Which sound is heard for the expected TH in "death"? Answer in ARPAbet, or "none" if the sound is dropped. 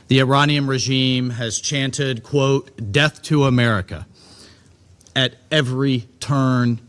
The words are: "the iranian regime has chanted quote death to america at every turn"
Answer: TH